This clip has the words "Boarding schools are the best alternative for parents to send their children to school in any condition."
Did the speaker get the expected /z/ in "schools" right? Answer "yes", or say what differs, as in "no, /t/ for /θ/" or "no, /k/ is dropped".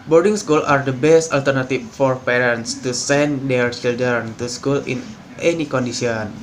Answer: no, /z/ is dropped